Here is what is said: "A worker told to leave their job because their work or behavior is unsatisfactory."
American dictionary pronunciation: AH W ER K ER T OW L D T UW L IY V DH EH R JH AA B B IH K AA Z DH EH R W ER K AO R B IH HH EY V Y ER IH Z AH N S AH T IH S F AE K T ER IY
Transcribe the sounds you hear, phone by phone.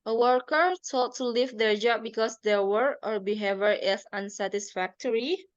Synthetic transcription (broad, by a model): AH W ER K ER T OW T T UW L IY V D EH R JH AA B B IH K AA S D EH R W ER AO R B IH HH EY V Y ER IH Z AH N S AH T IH S F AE K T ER IY